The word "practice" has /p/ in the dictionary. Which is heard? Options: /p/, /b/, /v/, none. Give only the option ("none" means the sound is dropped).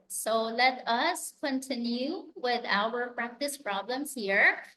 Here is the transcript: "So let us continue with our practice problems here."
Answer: /p/